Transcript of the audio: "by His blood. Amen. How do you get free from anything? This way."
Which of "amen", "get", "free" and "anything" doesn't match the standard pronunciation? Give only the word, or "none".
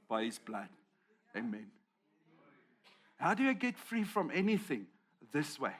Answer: none